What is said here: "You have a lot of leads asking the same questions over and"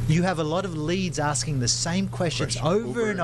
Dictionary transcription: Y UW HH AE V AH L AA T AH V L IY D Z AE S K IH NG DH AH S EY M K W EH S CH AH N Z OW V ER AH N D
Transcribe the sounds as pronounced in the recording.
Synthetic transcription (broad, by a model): Y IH V AH L AA T AH V L IY D Z AE S K IH NG DH AH S EY M K W EH S CH AH N Z OW V ER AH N